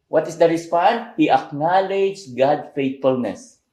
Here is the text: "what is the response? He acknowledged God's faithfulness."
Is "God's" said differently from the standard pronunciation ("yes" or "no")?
yes